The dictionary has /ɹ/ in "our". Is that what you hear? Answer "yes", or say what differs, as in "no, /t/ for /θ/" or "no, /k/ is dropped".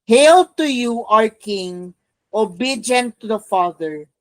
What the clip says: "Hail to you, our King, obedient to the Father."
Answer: yes